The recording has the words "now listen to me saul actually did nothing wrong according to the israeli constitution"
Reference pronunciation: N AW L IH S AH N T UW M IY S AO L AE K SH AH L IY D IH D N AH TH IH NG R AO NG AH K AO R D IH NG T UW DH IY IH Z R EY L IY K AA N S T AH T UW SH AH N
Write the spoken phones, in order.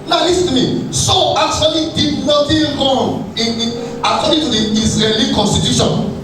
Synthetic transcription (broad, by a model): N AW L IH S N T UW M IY S AO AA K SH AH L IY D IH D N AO T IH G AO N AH K AO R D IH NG T UW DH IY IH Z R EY L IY K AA N S T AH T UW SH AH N